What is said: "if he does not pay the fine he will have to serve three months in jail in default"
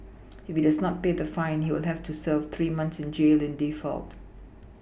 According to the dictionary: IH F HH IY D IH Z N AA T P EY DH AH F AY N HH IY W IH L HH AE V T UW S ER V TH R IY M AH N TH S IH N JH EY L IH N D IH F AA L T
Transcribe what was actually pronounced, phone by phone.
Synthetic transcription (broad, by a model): IH F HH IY D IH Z N AA T P EY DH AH F AY N HH IY W IH L HH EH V T UW S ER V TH R IY M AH N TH S IH N JH EY L IH N D IH F AA L T